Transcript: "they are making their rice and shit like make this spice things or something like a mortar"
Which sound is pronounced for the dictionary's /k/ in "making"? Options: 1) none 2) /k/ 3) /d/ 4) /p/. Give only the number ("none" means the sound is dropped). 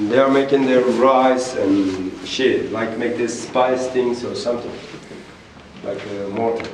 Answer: 2